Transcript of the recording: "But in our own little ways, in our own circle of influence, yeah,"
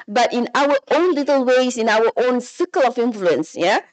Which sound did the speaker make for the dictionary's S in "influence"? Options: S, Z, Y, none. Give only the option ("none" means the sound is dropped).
S